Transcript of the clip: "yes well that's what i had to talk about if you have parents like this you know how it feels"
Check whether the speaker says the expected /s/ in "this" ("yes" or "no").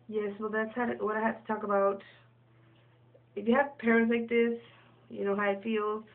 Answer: yes